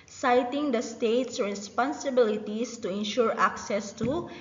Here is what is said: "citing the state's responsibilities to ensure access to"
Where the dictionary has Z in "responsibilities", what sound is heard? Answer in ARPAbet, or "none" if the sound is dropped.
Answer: S